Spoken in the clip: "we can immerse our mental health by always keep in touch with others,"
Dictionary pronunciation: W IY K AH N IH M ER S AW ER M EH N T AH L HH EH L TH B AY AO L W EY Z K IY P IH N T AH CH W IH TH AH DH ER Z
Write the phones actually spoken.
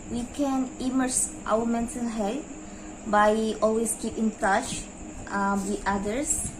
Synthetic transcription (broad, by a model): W IY K AH N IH M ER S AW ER M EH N S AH N HH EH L T B AY AO L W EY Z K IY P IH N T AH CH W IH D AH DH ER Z